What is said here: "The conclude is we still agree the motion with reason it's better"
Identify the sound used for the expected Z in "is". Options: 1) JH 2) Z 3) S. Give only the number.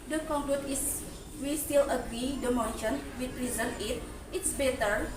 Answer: 3